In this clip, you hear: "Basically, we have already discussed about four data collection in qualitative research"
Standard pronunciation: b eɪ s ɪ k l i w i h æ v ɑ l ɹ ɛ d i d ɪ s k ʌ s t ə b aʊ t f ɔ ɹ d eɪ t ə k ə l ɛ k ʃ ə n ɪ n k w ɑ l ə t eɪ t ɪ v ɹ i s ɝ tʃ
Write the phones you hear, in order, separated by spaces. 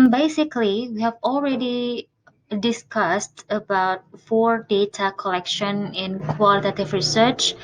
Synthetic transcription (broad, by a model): b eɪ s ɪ k l i w i h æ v ɑ l ɹ ɛ d i d ɪ s k ʌ s t ə b aʊ t f ɔ ɹ d eɪ t ə k ə l ɛ k ʃ ə n ɪ n k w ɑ l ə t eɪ t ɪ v ɹ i s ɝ tʃ